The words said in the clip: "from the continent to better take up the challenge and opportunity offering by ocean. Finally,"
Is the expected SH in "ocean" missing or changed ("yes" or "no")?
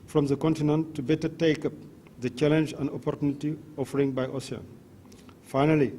yes